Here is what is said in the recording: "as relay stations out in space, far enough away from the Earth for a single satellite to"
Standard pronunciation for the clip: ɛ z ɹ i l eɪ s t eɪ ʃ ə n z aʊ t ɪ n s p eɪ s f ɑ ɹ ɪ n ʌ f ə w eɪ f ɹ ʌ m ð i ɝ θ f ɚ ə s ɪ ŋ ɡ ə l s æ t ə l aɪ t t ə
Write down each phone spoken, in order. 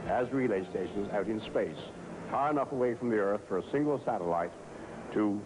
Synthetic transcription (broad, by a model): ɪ z ɹ i l eɪ s t eɪ ʃ ə n z aʊ t ɪ n s p eɪ s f ɑ ɹ ɪ n ʌ f ə w eɪ f ɹ ʌ m ð i ɝ θ f ɚ ə s ɪ ŋ ɡ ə l s æ t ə l aɪ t t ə